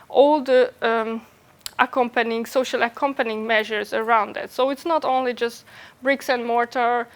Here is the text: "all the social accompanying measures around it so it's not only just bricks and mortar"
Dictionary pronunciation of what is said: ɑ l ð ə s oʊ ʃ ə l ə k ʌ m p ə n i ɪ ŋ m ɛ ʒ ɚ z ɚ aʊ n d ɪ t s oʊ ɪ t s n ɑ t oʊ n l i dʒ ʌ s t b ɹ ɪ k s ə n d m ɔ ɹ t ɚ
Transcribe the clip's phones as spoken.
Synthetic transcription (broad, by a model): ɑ l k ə s oʊ ʃ ə l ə k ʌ m p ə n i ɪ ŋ m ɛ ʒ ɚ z ɚ aʊ n d ɪ t s oʊ ɪ t s n ɑ t oʊ n l i dʒ ʌ s t b ɹ ɪ k s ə n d m ɔ ɹ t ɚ